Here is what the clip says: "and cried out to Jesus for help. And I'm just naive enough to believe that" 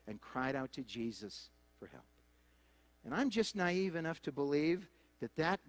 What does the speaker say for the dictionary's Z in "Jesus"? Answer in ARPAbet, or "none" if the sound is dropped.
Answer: Z